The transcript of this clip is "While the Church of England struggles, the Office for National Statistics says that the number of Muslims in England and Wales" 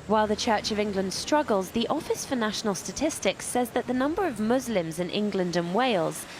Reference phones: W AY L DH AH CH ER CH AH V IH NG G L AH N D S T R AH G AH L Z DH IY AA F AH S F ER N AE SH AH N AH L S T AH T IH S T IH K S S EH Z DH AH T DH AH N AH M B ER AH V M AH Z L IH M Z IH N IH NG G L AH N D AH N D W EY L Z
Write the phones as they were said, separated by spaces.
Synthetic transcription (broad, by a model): W AY L DH AH CH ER CH AH V IH NG G L AH N D S T R AH G AH L Z DH IY AA F AH S F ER N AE SH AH N AH L S T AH T IH S T IH K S S EH Z DH AH T DH AH N AH M B ER AH V M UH Z L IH M Z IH N IH NG G L AH N D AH N W EY L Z